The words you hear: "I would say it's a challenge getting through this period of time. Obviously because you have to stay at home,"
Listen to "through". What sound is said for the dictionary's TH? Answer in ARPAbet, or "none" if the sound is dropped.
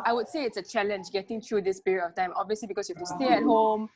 T